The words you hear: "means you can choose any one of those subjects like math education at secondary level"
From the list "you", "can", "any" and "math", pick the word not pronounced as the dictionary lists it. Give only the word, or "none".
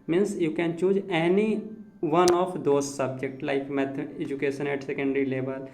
math